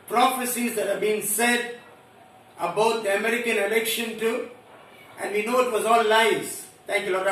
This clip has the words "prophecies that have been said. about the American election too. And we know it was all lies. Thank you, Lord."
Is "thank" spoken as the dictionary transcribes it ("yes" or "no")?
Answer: no